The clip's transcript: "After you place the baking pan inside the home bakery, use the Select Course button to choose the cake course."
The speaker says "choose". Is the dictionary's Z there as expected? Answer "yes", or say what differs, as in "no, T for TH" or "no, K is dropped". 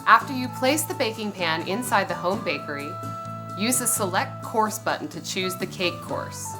yes